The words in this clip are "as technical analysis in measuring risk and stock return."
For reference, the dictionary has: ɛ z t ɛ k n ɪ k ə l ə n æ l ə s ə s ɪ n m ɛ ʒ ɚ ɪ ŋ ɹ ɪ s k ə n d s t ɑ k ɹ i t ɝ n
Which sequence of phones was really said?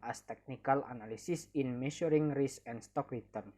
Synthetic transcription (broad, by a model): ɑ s t ɛ k n ɪ k ə l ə n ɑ l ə s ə s ɪ n m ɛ ʃ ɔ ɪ ŋ ɹ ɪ s ə n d s t ɑ k ɹ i t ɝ n